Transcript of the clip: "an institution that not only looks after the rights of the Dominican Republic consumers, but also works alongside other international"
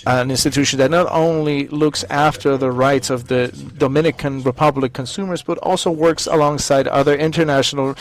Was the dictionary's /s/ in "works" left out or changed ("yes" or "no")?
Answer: no